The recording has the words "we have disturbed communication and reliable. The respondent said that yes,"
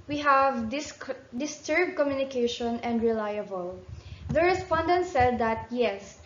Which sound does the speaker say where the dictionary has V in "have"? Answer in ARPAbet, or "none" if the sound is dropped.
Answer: V